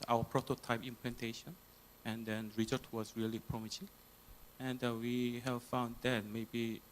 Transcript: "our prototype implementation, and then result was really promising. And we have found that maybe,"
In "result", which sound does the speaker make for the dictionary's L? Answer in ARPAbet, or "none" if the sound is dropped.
none